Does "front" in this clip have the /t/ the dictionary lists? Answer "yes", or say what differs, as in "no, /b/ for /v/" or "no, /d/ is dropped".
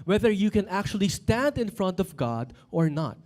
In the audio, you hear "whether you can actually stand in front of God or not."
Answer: yes